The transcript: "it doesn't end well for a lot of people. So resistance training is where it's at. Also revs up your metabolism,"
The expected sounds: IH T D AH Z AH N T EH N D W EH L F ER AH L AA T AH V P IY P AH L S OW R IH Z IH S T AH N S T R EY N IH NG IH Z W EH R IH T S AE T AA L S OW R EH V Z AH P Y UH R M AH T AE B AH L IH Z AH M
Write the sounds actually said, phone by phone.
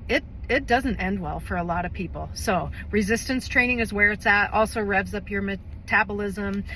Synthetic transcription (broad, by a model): IH T D AH Z AH N T EH N D W EH L F ER AH L AA T AH V P IY P L S OW R IH Z IH S T AH N S T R EY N IH NG IH Z W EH R IH T S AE T AA L S OW R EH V Z AH P Y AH R M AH T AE B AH L IH Z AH M